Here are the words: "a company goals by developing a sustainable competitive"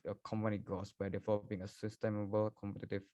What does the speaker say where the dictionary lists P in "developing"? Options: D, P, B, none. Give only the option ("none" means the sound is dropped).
none